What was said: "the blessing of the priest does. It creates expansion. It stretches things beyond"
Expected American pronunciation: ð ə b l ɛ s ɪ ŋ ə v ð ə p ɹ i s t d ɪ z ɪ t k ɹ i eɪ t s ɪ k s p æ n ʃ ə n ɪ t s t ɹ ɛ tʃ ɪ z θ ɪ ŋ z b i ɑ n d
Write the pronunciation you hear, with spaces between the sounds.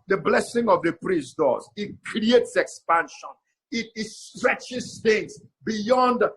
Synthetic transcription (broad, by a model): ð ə b l ɛ s ɪ ŋ ə v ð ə p ɹ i s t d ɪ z ɪ t k ɹ i eɪ t s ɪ k s p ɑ n ʃ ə n ɪ t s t ɹ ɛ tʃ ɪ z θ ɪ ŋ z b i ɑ n d